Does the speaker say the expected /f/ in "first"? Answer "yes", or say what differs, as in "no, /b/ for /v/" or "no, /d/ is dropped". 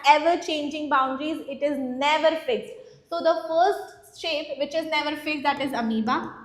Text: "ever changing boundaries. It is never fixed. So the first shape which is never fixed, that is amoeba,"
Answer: yes